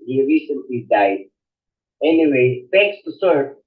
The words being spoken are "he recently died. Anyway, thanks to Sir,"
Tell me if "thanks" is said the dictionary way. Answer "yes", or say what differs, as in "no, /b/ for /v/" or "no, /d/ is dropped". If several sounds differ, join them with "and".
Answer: no, /f/ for /θ/ and /ŋ/ is dropped